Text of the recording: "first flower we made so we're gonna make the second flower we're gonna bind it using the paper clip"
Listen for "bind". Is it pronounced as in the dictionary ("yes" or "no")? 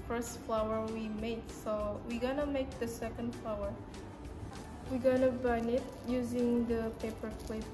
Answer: no